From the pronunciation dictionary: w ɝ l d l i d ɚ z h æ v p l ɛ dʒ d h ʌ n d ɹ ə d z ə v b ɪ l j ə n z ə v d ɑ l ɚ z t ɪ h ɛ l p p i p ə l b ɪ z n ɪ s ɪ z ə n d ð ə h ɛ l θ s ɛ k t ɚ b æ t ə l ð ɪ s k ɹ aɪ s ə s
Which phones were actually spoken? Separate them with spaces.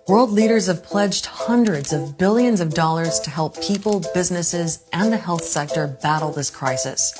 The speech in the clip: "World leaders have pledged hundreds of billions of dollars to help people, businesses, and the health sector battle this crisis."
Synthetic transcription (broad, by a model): w ɝ l d l i d ɚ z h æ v p l ɛ dʒ d h ʌ n d ɹ ə d z ə v b ɪ l j ə n z ə v d ɑ l ɚ z t ɪ h ɛ l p p i p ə l b ɪ z n ɪ s ɪ z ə n ð ə h ɛ l θ s ɛ k t ɚ b æ t l ð ɪ s k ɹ aɪ s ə s